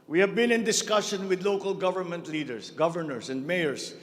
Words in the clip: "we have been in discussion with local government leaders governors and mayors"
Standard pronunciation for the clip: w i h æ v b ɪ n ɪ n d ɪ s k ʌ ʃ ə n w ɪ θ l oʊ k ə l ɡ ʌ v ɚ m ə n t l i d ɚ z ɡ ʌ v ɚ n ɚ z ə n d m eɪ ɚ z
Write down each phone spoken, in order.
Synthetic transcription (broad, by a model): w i h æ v b ɪ n ɪ n d ɪ s k ʌ ʃ ə n w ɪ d l oʊ k ə l ɡ ʌ v ɚ m ə n t l i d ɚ s ɡ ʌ v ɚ n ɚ s ə n d m eɪ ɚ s